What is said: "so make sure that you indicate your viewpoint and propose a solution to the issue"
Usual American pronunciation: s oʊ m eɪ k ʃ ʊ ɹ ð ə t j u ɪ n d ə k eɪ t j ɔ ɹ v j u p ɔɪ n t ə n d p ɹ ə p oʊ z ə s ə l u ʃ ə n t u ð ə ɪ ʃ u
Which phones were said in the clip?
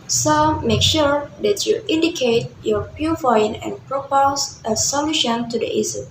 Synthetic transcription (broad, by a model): s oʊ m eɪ k ʃ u ɹ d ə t j u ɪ n d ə k eɪ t j ɔ ɹ p j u f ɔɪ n ə n p ɹ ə p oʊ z ə s ə l u ʃ ə n t u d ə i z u